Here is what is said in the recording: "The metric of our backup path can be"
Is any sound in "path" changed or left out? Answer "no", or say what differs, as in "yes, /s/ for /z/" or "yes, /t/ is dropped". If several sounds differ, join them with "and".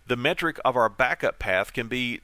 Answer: no